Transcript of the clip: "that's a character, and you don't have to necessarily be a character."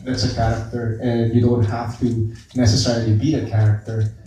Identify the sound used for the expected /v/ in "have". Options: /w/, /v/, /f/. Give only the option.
/f/